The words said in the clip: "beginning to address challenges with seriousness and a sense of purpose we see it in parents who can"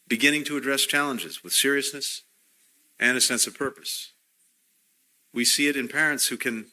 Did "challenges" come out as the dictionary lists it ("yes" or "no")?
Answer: yes